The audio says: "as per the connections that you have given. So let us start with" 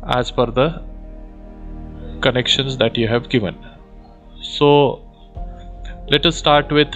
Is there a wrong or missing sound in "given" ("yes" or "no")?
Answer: no